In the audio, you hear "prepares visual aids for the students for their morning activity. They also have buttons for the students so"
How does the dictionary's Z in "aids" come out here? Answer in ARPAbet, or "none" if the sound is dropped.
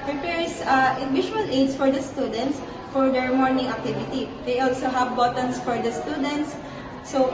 S